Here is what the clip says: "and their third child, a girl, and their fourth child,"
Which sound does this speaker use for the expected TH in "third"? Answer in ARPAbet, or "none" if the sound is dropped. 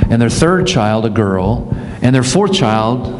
TH